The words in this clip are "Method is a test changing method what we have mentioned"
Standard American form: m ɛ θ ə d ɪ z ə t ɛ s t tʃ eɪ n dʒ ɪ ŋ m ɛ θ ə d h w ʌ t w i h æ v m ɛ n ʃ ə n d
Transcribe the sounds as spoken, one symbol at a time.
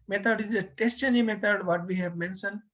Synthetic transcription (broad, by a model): m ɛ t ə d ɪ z ə t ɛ s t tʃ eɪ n ɪ m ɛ t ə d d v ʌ t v i h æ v m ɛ n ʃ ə n d